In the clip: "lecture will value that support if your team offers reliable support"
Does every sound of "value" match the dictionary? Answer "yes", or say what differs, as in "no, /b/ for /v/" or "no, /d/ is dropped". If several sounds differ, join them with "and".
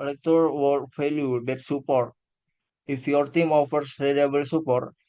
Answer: no, /f/ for /v/